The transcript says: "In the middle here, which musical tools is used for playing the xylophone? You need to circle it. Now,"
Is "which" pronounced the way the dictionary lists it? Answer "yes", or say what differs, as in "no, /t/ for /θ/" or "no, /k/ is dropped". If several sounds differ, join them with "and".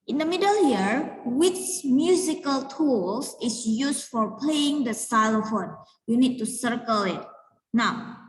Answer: no, /s/ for /tʃ/